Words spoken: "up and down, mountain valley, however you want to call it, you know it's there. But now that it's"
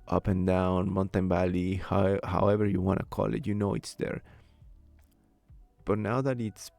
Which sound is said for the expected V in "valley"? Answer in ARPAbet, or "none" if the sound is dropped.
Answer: B